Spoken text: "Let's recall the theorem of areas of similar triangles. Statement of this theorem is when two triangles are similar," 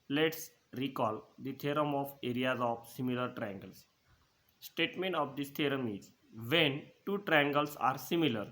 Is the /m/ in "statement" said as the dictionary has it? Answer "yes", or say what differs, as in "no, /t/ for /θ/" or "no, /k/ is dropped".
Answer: yes